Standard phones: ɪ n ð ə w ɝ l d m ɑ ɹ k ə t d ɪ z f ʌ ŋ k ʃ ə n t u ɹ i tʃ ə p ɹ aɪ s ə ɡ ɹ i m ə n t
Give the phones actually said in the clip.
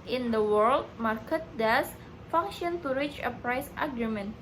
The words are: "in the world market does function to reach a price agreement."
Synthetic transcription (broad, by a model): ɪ n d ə w ɝ l d m ɑ ɹ k ə t d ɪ s f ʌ ŋ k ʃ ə n t u ɹ i tʃ ə p ɹ aɪ s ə ɡ ɹ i m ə n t